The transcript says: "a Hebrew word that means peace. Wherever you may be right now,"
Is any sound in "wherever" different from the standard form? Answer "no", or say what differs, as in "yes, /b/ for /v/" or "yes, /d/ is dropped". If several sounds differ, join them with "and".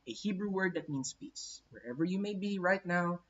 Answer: no